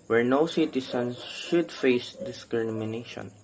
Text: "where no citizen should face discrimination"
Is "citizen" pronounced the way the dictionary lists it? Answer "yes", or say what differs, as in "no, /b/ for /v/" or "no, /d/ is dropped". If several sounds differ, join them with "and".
no, /s/ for /z/